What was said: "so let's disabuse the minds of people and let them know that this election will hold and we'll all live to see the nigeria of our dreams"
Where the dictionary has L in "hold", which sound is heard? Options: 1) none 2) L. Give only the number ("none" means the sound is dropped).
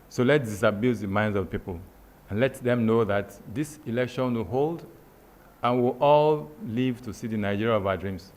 2